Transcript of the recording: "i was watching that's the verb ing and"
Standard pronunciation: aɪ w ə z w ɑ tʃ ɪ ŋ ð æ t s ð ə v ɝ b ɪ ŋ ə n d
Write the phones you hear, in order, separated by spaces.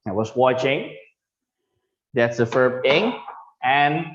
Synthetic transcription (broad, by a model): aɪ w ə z w ɑ tʃ ɪ ŋ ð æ t s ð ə f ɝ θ ɪ ŋ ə n